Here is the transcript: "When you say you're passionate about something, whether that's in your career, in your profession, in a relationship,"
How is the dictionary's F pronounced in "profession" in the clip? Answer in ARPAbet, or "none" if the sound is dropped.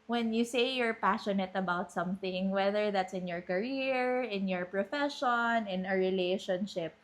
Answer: F